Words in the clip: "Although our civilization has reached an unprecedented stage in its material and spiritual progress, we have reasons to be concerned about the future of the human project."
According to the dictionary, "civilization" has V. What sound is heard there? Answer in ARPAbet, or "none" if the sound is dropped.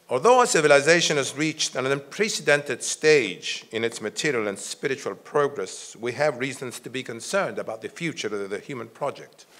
V